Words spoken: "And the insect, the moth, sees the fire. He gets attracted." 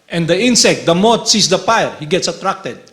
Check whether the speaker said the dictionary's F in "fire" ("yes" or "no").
no